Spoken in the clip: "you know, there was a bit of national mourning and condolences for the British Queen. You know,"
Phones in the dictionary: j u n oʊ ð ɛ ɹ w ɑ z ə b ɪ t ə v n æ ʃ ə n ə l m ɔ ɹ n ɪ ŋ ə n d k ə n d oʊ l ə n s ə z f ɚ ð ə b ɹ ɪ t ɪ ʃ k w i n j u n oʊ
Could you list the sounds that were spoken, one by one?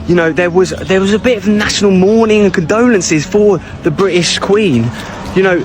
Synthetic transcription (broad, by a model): j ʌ n oʊ ð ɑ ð w ɑ z ə b ɪ t ə v n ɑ ʃ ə n ə l m ɔ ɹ n ɪ ŋ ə n k ə n d oʊ l ə n s ə z f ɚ ð ə b ɹ ɪ t ɪ ʃ k w i n j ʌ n oʊ